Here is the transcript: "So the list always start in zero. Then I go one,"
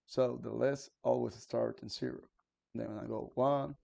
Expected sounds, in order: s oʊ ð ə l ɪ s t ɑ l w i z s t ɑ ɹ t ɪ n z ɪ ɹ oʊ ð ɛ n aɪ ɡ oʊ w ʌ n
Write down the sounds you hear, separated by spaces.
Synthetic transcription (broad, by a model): s oʊ ð ə l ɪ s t ɑ l w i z s t ɑ ɹ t ɪ n s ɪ ɹ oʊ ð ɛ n aɪ ɡ oʊ w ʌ n